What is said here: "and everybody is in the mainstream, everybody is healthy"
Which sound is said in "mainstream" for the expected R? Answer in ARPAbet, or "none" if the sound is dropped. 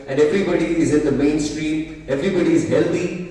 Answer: R